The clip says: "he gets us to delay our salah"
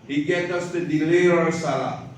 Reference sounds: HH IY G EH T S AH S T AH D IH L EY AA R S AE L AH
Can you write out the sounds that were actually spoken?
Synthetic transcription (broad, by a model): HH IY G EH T AH S T AH D IH L EY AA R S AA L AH